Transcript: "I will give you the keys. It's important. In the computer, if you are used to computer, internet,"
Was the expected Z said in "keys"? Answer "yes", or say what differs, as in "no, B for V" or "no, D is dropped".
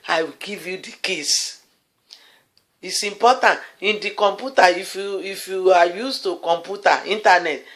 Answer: no, S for Z